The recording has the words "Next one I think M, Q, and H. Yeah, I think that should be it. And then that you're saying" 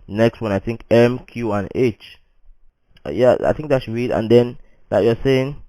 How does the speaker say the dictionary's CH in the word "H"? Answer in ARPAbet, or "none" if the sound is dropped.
CH